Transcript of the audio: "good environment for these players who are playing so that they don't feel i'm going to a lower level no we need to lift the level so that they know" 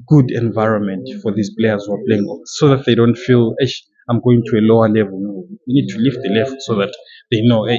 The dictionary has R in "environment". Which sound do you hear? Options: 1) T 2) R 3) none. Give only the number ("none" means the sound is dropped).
2